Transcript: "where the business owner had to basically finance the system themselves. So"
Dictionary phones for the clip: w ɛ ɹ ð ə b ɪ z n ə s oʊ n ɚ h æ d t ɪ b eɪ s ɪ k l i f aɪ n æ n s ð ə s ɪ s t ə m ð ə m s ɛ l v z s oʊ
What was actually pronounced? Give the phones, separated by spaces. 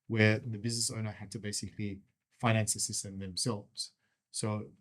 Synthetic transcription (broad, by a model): w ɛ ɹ ð ə b ɪ z n ə s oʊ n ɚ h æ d t ɪ b eɪ s ɪ k l i f aɪ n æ n s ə s ɪ s t ə m ð ə m s ɛ l v z s oʊ